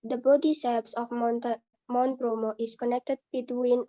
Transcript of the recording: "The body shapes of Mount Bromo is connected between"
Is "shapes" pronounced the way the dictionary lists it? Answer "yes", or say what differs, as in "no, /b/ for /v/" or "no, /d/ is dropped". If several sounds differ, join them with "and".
no, /s/ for /ʃ/